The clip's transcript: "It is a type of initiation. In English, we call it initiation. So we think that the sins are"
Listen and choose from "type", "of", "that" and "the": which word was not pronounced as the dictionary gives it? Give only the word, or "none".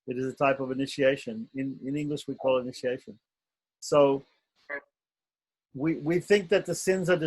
none